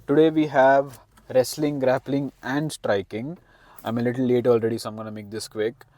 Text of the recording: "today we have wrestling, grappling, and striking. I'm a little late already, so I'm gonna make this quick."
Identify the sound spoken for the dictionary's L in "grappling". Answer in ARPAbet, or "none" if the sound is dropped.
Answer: L